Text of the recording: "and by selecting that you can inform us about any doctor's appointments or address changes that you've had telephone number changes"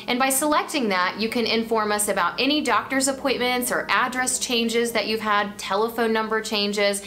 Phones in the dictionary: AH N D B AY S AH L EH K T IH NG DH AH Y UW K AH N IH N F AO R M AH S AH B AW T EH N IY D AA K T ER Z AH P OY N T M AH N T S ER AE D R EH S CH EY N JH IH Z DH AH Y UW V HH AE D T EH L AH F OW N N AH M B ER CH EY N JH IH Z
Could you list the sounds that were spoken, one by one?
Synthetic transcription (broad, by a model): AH N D B AY S AH L EH K T IH NG DH AH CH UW K AH N IH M F AO R M AH S AH B AW T EH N IY D AA K T ER Z AH P OY N T M AH N T S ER AE D R EH S CH EY N JH IH Z DH AH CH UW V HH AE D T EH L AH F OW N N AH M B ER CH EY N JH IH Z